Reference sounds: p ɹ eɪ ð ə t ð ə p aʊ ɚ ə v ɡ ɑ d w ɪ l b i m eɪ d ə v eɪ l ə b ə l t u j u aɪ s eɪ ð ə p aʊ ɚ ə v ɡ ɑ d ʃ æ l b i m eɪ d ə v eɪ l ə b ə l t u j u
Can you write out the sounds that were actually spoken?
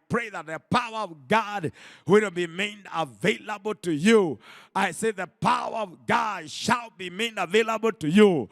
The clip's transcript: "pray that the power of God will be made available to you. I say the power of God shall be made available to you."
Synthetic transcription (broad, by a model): p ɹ eɪ ð ə t ð ə p aʊ ɚ ə v ɡ ɑ d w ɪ n b i m eɪ d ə v eɪ l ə b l t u j u aɪ s eɪ ð ə p aʊ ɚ ə v ɡ ɑ d ʃ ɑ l b i m eɪ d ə v eɪ l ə b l t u j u